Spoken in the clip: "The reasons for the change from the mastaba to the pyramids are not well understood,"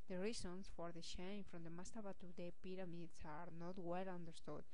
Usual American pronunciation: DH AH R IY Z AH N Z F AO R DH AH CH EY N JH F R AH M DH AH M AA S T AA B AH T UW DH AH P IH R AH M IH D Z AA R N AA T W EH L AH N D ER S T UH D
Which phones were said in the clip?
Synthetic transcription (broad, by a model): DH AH R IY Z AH N S F AO R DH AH SH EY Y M F R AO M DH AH M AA S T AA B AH T UW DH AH P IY R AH M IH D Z AA R N AA T W EH L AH N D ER S T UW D